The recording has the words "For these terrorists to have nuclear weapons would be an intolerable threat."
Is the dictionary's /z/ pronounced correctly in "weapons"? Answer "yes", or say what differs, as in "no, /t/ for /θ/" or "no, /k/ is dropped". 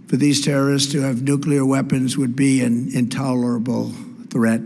yes